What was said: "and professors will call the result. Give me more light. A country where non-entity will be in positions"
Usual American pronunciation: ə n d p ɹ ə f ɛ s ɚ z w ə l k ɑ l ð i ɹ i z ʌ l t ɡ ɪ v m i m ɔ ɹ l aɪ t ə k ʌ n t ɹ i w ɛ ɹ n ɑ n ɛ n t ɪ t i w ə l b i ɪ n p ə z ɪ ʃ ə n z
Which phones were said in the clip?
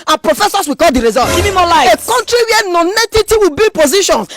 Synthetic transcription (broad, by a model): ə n p ɹ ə f ɛ s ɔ s w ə k ɑ l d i ɹ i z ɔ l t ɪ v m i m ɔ l aɪ ə k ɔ n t ɹ i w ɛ n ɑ n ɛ t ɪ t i w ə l b i p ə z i ʃ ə n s